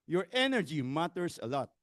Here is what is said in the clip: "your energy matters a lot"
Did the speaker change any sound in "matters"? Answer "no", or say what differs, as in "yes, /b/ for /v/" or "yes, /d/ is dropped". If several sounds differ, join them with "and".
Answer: yes, /s/ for /z/